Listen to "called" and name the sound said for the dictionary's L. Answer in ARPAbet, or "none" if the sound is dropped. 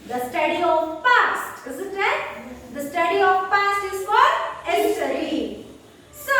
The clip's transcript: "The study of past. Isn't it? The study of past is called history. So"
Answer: none